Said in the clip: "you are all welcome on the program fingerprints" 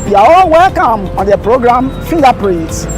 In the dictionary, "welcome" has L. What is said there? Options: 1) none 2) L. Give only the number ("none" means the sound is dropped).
2